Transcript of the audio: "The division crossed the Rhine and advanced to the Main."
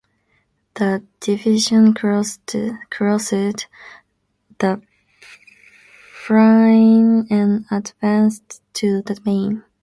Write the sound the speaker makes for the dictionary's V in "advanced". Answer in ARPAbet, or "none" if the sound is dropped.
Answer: V